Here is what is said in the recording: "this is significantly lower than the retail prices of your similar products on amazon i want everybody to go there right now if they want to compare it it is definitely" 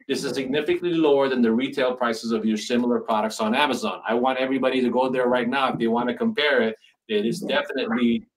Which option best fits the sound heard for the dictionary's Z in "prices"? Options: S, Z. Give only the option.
Z